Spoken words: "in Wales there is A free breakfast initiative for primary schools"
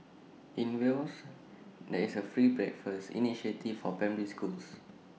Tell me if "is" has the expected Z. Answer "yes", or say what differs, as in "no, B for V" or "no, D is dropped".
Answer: no, S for Z